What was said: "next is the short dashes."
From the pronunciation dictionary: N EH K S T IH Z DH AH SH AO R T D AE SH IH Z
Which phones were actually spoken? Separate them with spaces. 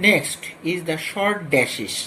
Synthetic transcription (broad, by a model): N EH K S T IH Z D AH SH AO R T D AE SH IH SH